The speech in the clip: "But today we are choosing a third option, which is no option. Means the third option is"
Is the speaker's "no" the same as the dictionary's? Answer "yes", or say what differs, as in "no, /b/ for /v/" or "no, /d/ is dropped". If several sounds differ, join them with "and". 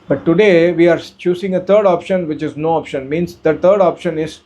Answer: yes